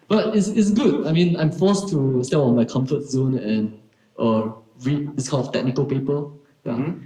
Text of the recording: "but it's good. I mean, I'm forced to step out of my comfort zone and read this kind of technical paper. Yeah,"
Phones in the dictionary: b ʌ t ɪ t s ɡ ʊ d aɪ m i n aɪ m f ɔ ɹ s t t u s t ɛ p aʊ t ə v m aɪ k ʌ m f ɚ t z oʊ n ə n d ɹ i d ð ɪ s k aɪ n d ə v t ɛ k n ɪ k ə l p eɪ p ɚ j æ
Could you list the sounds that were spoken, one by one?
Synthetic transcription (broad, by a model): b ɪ t ɪ t s ɡ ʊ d aɪ m i n aɪ m f ɔ s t t u s t ɛ p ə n m aɪ k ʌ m f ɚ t z oʊ n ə n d ɹ i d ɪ s k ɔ l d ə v t ɛ k n ɪ k ə l p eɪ p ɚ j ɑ